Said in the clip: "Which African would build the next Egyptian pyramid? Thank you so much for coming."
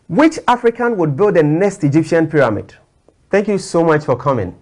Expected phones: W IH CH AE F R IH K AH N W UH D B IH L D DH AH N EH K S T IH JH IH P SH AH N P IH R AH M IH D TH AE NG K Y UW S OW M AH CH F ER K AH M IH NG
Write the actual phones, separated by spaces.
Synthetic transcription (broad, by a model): W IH CH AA F R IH K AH N W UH D B IH L D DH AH N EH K S T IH JH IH P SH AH N P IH R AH M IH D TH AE NG K Y UW S OW M AH CH F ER K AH M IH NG